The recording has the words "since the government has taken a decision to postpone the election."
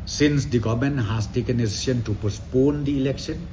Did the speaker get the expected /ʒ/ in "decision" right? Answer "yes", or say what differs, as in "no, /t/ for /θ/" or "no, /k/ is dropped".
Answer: no, /ʃ/ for /ʒ/